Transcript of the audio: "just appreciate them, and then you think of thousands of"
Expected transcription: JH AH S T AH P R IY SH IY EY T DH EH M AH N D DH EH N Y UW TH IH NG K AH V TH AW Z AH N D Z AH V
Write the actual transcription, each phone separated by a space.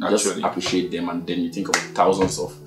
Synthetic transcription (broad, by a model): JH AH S AH P R IY SH IY EY T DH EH M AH N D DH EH N Y UW TH IH NG K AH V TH AW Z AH N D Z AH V